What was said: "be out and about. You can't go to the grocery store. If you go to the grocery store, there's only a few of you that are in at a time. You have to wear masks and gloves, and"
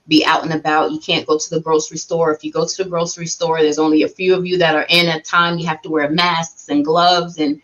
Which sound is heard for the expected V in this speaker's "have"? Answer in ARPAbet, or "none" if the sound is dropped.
F